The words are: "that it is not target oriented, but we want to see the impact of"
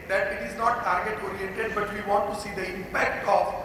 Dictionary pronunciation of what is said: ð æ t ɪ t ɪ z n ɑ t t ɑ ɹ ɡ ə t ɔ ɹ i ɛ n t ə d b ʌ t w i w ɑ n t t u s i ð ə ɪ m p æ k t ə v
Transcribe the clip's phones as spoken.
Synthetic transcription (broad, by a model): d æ t ɪ t ɪ z n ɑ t t ɑ ɹ ɡ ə t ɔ ɹ i ɛ t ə d b ʌ t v i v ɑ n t t u s i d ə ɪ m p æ k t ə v